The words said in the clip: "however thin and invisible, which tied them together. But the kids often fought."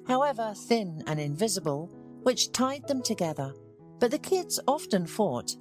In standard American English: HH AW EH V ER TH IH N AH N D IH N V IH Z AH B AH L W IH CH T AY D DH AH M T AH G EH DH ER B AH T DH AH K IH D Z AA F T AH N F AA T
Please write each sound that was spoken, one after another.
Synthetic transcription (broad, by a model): HH AW EH V ER TH IH N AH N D IH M V IH Z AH B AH L W IH CH T AY D DH AH M T AH G EH DH ER B AH T DH AH K IH D Z AA F T AH N F AA T